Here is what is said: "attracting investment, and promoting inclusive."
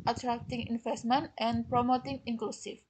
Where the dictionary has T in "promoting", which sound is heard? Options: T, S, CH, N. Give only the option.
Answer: T